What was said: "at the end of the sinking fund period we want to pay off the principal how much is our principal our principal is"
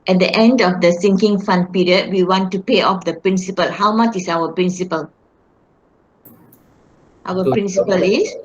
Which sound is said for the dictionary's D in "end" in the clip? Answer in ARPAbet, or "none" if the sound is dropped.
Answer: D